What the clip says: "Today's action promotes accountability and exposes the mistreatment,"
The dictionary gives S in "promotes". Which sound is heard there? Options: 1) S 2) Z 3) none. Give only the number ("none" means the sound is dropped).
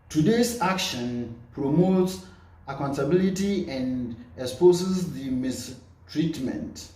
1